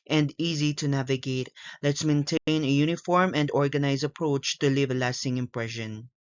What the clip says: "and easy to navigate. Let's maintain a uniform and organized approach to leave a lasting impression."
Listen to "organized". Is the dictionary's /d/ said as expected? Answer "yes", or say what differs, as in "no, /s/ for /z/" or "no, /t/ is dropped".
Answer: no, /d/ is dropped